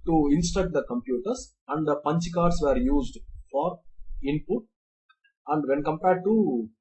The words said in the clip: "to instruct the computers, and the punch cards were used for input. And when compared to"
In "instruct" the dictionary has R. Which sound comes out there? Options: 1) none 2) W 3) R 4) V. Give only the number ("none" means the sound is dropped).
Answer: 1